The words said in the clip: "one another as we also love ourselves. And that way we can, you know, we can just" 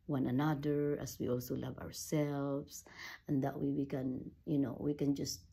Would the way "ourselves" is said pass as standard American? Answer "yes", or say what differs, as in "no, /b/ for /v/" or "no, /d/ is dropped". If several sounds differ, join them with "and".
no, /s/ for /z/